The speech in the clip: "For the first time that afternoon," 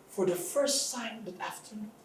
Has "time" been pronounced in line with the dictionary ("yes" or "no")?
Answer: no